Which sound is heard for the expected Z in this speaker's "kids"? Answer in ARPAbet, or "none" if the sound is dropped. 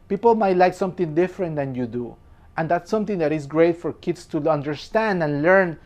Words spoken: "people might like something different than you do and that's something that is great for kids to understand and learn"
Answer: S